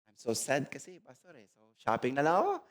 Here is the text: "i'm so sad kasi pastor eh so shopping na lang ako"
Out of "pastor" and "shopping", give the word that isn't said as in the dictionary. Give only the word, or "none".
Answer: pastor